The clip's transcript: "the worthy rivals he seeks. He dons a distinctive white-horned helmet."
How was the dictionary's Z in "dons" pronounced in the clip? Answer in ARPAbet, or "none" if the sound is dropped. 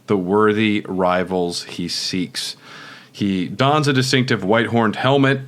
Z